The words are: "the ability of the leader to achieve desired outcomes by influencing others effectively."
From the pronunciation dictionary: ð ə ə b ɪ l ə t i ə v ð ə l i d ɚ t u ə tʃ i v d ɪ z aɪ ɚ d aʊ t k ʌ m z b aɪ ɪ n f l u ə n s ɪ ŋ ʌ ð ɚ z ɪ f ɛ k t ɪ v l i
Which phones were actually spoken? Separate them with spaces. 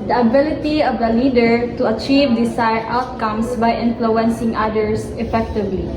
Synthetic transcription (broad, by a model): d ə ə b ɪ l ə t i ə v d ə l i d ɚ t u ə tʃ i v d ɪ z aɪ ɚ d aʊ t k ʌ m s b aɪ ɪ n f l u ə n s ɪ ŋ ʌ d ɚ s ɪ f ɛ k t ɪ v l i